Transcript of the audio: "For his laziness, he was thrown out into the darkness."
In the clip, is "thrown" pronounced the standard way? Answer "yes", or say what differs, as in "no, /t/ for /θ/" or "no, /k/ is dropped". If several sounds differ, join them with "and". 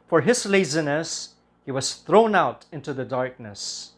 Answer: yes